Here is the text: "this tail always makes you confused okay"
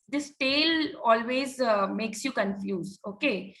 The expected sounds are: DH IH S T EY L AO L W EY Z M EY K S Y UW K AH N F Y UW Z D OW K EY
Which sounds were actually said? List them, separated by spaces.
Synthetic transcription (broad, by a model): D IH S T EY L AO L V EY Z M EY K S Y UW K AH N F Y UW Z OW K EY